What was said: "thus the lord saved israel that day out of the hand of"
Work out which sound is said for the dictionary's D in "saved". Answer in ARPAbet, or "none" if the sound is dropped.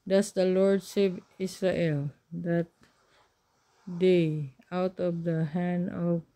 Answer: none